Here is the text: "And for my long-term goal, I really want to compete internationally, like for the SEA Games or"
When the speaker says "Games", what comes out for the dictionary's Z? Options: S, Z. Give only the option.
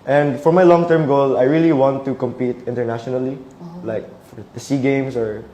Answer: S